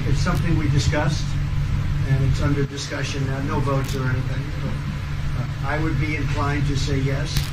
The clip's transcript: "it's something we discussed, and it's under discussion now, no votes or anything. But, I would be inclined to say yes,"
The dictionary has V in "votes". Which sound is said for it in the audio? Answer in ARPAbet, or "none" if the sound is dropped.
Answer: V